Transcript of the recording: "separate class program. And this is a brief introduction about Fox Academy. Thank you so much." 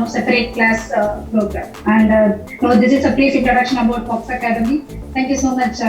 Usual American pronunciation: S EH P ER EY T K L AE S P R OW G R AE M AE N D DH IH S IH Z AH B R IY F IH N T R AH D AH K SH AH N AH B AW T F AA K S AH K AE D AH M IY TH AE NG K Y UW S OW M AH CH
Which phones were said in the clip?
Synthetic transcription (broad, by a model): S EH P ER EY T K L AE S P R OW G R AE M AE N D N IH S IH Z AH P R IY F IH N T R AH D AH K SH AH N AH B AW T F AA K S AH K AE D AH M IY T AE NG K Y UW S OW M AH CH